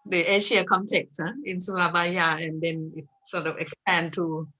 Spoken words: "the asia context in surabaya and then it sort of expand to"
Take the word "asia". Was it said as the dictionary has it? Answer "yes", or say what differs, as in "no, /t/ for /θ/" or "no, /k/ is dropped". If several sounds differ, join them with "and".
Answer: no, /ʃ/ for /ʒ/